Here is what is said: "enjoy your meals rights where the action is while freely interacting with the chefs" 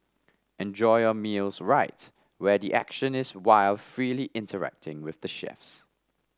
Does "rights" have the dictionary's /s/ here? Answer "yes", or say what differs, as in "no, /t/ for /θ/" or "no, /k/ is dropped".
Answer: no, /s/ is dropped